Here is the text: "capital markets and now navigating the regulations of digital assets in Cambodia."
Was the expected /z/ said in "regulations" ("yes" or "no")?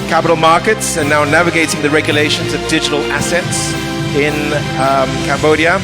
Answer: yes